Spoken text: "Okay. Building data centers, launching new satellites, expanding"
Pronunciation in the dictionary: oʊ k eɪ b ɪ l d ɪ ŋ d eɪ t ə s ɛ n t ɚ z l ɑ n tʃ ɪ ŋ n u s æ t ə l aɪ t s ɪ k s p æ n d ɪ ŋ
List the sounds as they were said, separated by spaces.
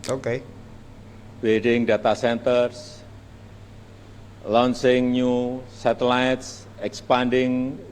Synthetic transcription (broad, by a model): oʊ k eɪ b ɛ d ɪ ŋ d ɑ t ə s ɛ n t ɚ s l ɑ n s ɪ ŋ n u s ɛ t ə l aɪ t s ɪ k s p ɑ n d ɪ ŋ